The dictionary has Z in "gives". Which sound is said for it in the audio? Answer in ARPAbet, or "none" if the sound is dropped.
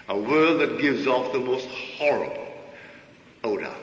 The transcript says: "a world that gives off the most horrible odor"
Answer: Z